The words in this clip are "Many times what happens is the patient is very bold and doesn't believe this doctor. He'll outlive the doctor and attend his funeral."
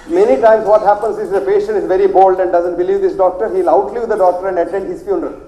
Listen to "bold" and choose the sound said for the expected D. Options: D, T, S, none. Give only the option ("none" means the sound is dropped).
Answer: D